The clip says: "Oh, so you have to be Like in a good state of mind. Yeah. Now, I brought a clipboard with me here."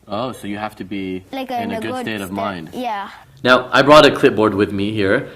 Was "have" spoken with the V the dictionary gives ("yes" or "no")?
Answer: no